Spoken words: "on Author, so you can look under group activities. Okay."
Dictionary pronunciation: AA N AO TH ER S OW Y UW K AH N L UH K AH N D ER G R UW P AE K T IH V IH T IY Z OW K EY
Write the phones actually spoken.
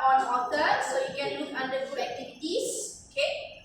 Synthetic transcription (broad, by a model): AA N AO T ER S OW Y UW K AH N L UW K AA N D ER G UW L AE K T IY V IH T IY S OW K EY